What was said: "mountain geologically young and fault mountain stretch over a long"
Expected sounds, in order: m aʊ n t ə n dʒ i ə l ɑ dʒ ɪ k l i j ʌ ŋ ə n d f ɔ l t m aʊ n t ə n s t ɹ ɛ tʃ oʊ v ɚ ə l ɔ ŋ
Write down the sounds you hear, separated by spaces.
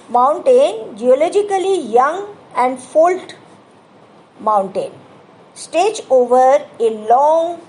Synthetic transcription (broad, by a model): m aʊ n t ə n dʒ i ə l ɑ dʒ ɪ k l i j ʌ ŋ ə n d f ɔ l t m aʊ n t ə n s t ɛ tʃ oʊ v ɚ ə l ɔ ŋ